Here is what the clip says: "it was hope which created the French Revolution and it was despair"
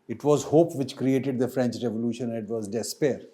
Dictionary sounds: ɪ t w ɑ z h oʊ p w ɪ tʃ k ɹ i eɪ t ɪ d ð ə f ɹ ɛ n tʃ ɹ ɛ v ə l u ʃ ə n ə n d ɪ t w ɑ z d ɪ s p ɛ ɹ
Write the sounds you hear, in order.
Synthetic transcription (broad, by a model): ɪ t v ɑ z h oʊ p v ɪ tʃ k ɹ i eɪ t ɪ d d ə f ɹ ɛ n tʃ ɹ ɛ v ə l u ʃ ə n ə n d ɪ t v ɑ z d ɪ s p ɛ ɹ